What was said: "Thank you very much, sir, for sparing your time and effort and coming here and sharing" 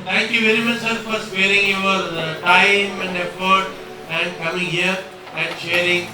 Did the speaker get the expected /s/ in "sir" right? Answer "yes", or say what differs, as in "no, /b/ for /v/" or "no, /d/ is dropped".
yes